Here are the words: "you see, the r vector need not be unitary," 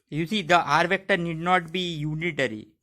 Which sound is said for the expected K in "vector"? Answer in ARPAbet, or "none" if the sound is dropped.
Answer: K